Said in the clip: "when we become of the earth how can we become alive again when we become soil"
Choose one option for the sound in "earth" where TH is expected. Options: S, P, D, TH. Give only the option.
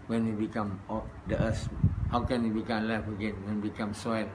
S